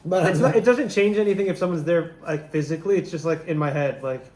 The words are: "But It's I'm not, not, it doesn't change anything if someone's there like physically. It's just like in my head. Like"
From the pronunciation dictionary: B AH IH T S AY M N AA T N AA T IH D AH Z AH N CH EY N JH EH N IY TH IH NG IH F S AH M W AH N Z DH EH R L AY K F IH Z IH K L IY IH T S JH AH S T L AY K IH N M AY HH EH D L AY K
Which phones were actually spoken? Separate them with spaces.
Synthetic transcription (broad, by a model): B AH IH T S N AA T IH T D AH Z AH N CH EY N JH EH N IY TH IH NG IH F S AH M W AH N Z DH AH R L AY K F IH Z IH K L IY IH T S JH AH S T L AY K IH N M AY HH EH D L AY K